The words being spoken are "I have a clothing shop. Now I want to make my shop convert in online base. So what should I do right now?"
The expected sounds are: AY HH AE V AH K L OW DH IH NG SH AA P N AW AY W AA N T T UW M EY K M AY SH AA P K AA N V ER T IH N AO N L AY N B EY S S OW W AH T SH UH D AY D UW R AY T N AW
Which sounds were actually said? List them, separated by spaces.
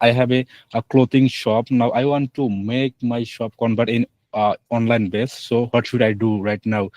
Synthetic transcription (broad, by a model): AY HH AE B AH K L OW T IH NG SH AA P N AW AY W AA N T T UW M EY K M AY SH AA P K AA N B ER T IH N AO N L AY N B EY S S OW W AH T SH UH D AY D UW R AY T N AW